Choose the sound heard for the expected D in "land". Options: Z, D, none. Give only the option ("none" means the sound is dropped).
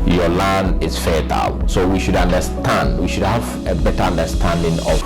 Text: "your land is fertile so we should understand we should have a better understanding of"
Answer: none